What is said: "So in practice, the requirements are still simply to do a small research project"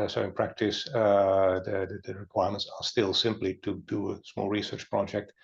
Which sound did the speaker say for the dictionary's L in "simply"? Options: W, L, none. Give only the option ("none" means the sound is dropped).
L